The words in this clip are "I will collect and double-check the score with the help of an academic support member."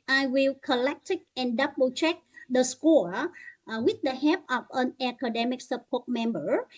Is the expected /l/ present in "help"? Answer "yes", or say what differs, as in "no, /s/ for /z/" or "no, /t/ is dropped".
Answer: no, /l/ is dropped